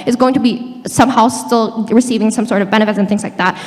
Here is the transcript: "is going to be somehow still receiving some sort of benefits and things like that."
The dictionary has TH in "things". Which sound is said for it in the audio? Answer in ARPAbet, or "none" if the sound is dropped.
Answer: TH